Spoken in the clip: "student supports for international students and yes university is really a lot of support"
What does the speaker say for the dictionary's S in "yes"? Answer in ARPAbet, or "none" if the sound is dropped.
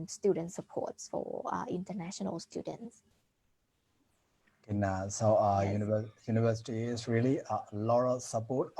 none